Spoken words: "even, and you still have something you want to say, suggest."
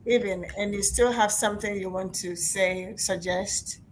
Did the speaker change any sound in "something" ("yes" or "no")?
no